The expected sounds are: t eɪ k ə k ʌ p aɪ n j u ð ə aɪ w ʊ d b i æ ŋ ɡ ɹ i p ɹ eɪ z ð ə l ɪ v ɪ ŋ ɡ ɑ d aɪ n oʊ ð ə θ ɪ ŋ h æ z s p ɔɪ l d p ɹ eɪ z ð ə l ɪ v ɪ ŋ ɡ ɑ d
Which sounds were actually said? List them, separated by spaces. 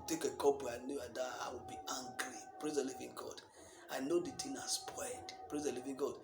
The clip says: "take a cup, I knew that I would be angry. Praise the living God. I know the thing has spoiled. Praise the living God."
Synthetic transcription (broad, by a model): t eɪ k ə k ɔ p aɪ n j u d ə aɪ w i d b i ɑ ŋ ɡ ɹ i p ɹ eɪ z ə l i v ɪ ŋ ɡ ɑ d aɪ n oʊ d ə t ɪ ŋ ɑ s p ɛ d p ɹ eɪ z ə l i v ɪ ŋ ɡ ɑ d